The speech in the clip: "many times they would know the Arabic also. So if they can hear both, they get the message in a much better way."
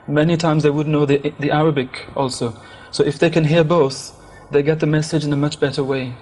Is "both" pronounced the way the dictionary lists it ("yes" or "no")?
yes